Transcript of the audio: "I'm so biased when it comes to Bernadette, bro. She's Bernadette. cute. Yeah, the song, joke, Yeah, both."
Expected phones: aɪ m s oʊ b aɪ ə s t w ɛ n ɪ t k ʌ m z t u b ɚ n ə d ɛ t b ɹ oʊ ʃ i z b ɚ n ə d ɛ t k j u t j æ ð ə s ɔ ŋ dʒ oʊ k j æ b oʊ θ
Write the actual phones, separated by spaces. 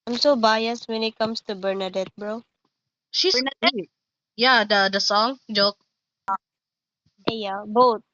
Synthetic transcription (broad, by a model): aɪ m s oʊ b aɪ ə s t w ɛ n ɪ t k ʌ m s t u b ɚ n ə d ɛ t b ɹ oʊ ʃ i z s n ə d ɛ j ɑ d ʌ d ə s ɔ ŋ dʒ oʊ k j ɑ b oʊ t